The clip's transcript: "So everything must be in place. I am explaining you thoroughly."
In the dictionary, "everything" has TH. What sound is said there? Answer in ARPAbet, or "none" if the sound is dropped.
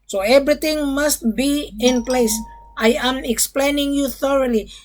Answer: T